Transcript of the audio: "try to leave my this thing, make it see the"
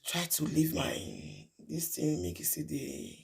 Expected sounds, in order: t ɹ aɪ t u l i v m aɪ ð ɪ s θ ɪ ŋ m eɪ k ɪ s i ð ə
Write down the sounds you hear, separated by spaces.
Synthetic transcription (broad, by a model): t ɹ aɪ t u l i v m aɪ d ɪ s t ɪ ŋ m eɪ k ɪ s i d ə